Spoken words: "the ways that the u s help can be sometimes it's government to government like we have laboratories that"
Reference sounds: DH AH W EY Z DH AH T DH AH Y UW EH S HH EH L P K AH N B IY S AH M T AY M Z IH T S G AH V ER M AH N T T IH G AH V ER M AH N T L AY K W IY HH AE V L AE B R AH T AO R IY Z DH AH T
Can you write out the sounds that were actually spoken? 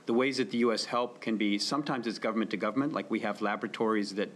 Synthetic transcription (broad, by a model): DH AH W EY Z DH AH T DH AH Y UW EH S HH EH L P K AH N B IY S AH M T AY M Z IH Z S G AH V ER M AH N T T IH G AH V ER M AH N T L AY K W IY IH V L AE B R AH T AO R IY Z DH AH T